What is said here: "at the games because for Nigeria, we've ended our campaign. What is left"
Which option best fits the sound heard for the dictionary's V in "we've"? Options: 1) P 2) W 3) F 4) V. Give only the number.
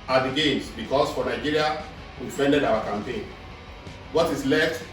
3